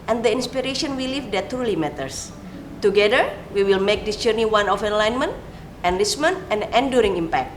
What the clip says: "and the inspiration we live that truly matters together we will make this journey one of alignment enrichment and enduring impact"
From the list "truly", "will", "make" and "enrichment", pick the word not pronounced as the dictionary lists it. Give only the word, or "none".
enrichment